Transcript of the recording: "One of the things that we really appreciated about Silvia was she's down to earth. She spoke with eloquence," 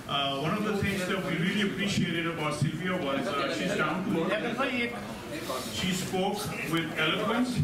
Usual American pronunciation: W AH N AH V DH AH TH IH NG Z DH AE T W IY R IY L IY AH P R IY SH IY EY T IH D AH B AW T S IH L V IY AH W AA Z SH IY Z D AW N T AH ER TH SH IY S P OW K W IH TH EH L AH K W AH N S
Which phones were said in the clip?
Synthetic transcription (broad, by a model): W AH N AH V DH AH T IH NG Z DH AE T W IY R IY L IY AH P R IY SH IY EY T IH D AH B AW T S IH L V IY AH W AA Z SH IY Z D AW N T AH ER F SH IY S P OW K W IH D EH L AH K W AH N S